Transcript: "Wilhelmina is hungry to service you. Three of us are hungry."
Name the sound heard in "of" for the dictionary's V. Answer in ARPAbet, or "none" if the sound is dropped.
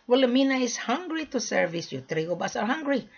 B